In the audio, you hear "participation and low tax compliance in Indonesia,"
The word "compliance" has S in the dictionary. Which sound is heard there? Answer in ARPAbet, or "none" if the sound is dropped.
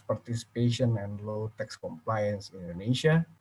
S